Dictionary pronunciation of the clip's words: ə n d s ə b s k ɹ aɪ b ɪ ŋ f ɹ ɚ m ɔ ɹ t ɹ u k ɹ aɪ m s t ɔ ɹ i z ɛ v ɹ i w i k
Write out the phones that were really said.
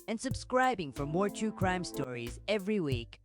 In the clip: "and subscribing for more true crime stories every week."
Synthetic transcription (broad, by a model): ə n s ə b s k ɹ aɪ b ɪ ŋ f ɹ ɚ m ɔ ɹ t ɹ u k ɹ aɪ m s t ɔ ɹ i z ɛ v ɹ i w i k